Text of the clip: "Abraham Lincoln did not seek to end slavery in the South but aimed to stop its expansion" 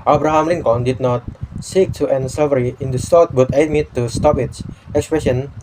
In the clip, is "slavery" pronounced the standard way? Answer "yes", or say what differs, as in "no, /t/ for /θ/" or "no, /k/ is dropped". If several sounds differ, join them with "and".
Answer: no, /l/ is dropped